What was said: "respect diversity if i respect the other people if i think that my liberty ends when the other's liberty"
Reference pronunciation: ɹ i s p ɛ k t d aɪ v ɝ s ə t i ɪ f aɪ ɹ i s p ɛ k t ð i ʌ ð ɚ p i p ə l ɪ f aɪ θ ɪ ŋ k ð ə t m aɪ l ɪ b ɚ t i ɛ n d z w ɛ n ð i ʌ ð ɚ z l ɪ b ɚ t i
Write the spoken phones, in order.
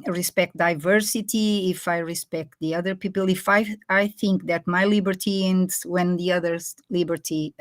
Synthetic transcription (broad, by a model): ɹ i s p ɛ k t d aɪ v ɝ s ə t i ɪ f aɪ ɹ i s p ɛ k t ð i ʌ ð ɚ p i p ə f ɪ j aɪ θ ɪ ŋ k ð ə t m aɪ l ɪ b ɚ t i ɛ n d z w ɛ n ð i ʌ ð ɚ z l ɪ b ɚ t i